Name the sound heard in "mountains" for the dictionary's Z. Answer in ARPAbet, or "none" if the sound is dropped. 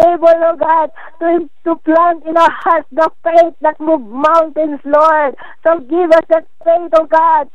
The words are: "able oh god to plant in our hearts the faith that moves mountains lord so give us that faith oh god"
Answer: S